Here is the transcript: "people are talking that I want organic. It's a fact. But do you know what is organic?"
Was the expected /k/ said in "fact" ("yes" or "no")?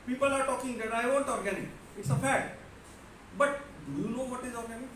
no